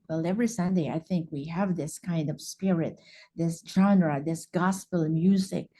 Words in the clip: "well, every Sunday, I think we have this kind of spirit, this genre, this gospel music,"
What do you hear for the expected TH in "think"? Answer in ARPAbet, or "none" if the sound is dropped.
TH